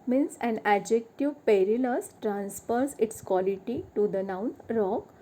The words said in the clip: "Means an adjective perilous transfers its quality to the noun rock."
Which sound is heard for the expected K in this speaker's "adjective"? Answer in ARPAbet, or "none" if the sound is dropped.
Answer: K